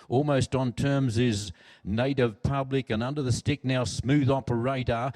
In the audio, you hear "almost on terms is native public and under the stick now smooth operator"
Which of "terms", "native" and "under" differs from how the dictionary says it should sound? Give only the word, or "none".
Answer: none